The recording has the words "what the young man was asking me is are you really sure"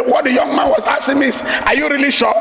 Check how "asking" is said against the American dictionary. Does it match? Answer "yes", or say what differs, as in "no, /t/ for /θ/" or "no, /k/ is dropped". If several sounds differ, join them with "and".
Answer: no, /k/ is dropped